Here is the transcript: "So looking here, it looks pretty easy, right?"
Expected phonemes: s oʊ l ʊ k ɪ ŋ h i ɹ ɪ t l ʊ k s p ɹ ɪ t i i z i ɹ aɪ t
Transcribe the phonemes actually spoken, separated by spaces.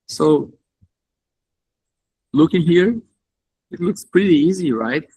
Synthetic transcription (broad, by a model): s oʊ l ʊ k ɪ ŋ h i ɹ ɪ t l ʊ k s p ɹ ɪ t i i z i ɹ aɪ t